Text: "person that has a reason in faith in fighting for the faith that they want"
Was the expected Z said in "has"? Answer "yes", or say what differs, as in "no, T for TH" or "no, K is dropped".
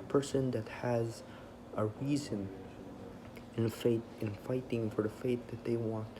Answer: yes